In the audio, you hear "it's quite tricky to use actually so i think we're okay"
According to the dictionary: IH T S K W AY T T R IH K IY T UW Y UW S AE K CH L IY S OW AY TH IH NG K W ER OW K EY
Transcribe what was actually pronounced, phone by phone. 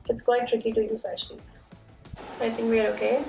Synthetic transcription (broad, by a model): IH T S K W AY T T R IH K IY T UW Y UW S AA CH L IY AY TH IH NG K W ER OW K EY